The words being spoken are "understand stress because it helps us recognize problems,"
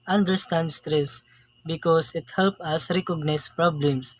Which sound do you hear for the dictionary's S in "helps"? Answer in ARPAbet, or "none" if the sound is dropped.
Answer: none